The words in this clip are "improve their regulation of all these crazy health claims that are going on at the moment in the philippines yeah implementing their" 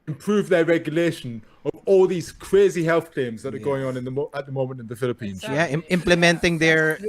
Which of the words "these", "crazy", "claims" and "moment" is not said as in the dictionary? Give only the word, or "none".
none